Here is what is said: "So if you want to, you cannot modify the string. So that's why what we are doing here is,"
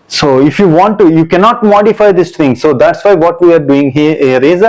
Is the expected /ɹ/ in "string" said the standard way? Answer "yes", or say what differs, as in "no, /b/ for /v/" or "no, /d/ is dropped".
no, /ɹ/ is dropped